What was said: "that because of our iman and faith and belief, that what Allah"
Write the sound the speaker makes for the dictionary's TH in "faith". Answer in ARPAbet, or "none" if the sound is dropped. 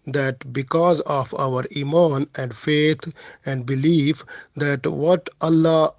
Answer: T